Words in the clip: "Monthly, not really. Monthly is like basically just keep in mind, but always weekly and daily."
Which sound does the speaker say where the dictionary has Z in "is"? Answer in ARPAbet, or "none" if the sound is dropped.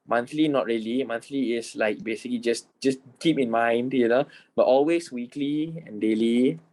S